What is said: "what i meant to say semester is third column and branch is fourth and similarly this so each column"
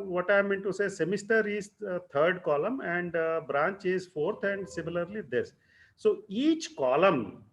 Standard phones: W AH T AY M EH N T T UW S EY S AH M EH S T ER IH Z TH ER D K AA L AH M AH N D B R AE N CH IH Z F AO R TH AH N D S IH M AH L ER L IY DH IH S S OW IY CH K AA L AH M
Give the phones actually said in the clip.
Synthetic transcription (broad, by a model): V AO T AY M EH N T T UW S EY S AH M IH S T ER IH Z T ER D K AA L AH M AH N D B R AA N CH IH Z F AO R T AH N D S IH M AH L ER L IY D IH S S OW IY CH K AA L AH M